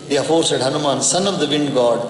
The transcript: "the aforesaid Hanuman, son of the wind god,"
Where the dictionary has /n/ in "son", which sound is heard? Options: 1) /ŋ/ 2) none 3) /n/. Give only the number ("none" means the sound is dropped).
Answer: 3